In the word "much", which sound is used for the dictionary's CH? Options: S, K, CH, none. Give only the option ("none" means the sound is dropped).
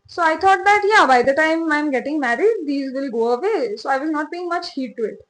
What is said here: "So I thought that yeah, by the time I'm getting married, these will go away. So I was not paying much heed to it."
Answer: CH